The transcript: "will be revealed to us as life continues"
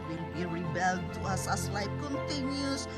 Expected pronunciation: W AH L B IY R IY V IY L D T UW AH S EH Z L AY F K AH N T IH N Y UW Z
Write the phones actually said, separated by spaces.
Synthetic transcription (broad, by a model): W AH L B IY R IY B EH L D T UW AH S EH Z L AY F K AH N T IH N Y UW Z